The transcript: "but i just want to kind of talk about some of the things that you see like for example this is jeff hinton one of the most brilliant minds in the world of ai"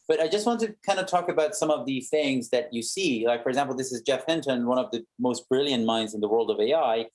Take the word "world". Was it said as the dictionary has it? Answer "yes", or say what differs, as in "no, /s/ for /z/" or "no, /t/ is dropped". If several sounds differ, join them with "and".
yes